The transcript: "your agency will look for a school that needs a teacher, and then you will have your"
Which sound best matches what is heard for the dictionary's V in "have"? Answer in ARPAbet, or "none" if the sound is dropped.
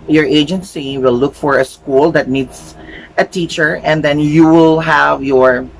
V